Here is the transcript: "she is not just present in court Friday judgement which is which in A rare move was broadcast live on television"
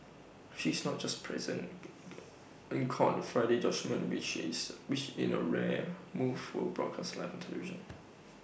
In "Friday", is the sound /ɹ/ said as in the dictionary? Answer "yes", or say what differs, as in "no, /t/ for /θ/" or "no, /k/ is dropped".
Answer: yes